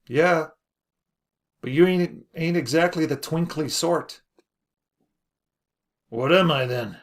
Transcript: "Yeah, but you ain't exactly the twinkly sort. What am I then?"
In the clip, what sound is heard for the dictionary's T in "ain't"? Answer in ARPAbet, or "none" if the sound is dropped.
T